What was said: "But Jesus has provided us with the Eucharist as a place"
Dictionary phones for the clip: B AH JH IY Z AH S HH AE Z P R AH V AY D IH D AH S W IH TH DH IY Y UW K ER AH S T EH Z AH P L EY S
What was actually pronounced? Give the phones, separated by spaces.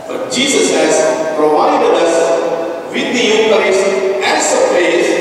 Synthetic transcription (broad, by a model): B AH JH IY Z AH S HH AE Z P R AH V AY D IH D AH S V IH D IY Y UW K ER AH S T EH S AH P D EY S